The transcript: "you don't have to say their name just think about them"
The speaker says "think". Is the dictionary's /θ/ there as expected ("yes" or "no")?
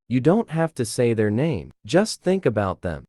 yes